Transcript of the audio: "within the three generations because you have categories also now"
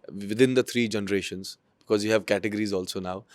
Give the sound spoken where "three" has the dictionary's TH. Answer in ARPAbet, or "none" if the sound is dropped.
T